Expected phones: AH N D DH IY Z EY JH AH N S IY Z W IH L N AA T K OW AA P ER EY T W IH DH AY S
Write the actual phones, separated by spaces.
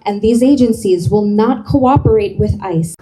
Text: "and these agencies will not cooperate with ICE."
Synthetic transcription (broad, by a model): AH N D DH IY Z EY JH AH N S IY Z W IH L N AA T K OW AA P ER EY T W IH DH AY S